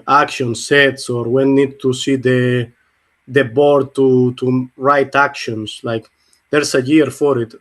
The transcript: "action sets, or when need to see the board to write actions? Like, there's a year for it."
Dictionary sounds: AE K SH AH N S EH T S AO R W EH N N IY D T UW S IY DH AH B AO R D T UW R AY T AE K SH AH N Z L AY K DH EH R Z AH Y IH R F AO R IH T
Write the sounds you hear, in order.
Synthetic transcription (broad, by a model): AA K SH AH N S EH T S AO R W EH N N IY D T UW S IY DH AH B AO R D T UW R AY T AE K SH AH N S L AY K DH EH R S AH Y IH R F AO R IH T